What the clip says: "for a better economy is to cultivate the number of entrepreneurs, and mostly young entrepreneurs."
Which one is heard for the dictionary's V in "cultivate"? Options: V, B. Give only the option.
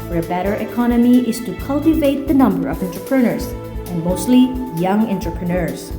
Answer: V